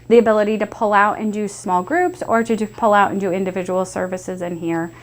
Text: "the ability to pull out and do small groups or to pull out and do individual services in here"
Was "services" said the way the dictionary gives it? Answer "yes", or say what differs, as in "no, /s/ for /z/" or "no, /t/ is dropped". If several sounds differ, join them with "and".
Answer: yes